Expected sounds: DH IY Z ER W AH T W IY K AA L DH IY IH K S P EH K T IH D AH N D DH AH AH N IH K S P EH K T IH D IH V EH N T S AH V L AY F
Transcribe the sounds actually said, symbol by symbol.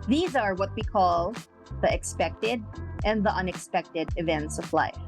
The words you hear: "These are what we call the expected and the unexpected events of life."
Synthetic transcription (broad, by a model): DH IY Z ER W AH T W IY K AA L DH IY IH K S P EH K T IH D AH N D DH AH AH N IH K S P EH K T IH D IH V EH N T S AH V L AY F